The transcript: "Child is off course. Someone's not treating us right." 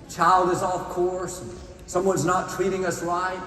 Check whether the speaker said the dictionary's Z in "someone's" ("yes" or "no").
yes